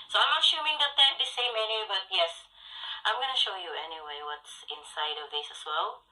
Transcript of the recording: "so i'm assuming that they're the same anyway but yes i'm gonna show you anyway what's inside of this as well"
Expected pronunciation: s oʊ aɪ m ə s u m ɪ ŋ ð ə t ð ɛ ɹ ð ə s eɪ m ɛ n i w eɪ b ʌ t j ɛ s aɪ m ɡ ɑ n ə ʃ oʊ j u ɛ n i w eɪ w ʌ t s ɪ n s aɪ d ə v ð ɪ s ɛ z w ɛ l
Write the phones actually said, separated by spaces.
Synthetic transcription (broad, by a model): s oʊ aɪ m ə ʃ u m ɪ ŋ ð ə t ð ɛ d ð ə s eɪ m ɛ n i b ʌ t j ɛ s aɪ m ɡ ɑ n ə ʃ oʊ j u ɛ n i w eɪ w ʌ t s ɪ n s aɪ d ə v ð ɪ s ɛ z w ɛ l